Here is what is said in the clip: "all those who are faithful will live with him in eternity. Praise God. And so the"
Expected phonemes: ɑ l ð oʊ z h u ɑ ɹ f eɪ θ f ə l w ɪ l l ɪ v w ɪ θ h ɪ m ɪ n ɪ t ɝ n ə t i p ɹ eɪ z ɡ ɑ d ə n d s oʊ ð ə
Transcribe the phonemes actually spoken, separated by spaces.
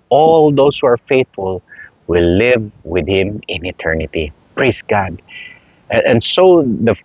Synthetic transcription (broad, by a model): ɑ l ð oʊ s h u ɑ ɹ f eɪ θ f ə l w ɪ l l ɪ v w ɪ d h ɪ m ɪ n ɪ t ɝ n ə t i p ɹ eɪ s ɡ ɑ d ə n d s oʊ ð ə